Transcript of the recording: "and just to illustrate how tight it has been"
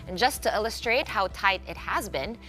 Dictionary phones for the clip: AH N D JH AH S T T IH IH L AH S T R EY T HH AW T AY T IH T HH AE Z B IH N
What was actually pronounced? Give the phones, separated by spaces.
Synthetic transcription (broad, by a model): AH N JH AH S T T IH IH L AH S T R EY T HH AW T AY T IH T HH AE Z B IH N